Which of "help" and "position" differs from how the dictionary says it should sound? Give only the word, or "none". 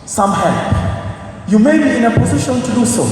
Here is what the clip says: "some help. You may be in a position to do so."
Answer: none